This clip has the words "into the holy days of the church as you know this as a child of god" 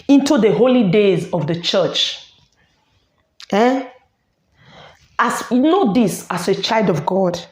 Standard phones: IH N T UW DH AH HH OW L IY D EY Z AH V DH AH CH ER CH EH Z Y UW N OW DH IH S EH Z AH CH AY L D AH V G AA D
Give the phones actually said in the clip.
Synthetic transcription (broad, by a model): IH N T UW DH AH HH OW L IY D EY Z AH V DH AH CH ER CH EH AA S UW N OW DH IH S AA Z AH CH AY L D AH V G AA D